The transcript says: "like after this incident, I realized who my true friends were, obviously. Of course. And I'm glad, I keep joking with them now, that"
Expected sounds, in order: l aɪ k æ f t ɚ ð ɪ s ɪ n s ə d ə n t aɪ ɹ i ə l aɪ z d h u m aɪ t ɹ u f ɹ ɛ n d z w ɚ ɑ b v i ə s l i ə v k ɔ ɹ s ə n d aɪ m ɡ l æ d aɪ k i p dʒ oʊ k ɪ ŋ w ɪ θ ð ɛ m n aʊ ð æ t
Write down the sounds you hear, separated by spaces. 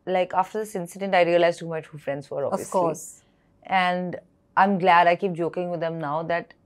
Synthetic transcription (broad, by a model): l aɪ k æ f t ɚ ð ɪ s ɪ n s ə d ə n t aɪ ɹ i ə l aɪ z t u m aɪ t u f ɹ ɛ n d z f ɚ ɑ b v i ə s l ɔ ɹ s ə n d aɪ m ɡ l æ d aɪ k i p dʒ oʊ k ɪ ŋ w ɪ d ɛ m n aʊ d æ t